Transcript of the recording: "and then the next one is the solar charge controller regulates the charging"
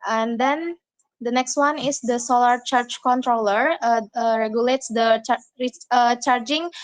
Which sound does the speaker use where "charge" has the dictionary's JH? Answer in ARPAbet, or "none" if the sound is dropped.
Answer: CH